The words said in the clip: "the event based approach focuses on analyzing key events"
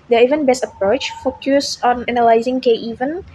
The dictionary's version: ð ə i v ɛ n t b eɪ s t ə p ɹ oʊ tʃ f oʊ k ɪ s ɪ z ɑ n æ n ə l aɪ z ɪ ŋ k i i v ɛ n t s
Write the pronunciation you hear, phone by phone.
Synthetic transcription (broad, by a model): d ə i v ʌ n b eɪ s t ə p ɹ oʊ tʃ f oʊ k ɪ s ɑ n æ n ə l aɪ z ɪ ŋ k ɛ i v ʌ n